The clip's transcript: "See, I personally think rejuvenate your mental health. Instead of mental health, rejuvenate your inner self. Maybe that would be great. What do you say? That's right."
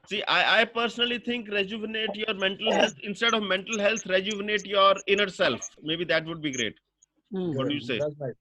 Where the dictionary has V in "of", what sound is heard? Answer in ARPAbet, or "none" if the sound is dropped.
V